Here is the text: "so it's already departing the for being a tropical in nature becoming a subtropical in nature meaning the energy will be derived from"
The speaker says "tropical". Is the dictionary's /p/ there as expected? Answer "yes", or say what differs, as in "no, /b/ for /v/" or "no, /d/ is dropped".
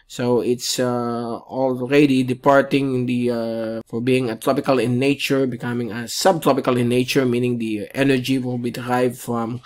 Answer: yes